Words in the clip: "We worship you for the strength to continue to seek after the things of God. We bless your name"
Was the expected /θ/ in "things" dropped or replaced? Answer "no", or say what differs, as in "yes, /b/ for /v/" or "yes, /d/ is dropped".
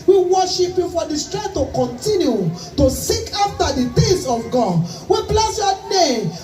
yes, /t/ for /θ/